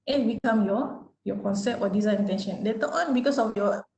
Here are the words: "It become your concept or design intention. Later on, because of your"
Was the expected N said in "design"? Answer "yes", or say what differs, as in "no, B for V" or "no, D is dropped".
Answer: no, N is dropped